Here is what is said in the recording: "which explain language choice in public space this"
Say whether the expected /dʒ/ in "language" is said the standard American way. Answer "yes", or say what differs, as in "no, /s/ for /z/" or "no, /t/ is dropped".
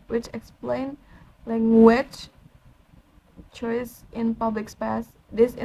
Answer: no, /tʃ/ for /dʒ/